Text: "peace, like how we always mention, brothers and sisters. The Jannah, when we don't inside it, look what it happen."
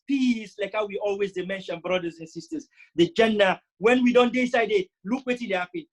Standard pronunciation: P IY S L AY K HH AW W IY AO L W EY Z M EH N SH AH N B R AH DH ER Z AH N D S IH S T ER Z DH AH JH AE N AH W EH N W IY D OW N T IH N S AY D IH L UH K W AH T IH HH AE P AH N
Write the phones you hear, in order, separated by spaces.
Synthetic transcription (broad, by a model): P IY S L AY K HH AW W IY AO L W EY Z M EH N SH AH N B R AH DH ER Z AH N S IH S T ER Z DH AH JH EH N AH W EH N W IY D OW N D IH S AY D IH L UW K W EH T IH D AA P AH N